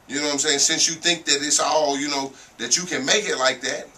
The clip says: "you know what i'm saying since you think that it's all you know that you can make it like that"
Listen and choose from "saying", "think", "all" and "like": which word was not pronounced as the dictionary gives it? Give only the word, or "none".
none